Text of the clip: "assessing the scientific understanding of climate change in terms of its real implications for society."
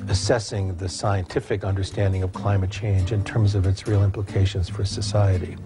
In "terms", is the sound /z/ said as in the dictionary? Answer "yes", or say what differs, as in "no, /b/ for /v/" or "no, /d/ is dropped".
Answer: yes